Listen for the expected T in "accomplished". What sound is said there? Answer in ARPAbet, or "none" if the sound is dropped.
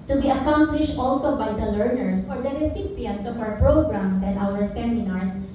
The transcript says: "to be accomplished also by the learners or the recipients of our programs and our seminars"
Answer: T